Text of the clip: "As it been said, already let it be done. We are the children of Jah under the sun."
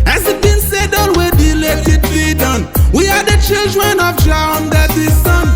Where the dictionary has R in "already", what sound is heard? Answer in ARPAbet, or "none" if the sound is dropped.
W